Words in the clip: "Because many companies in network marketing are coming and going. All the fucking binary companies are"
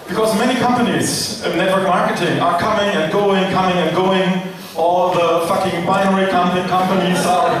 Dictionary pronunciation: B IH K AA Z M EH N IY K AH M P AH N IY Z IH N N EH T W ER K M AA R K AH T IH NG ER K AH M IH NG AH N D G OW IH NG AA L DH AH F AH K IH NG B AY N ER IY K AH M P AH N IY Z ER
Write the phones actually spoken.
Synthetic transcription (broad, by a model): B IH K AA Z M EH N IY K AH M P AH N IY Z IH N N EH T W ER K M AA R K AH T IH NG ER K AH M IH NG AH N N G OW IH NG AA L DH AH F AH K IH NG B AY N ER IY K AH M P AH N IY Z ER